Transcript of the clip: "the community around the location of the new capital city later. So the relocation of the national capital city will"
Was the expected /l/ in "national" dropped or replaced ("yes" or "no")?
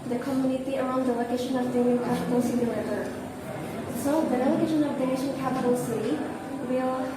yes